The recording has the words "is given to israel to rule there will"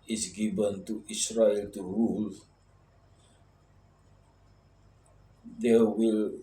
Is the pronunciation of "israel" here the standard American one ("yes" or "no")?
no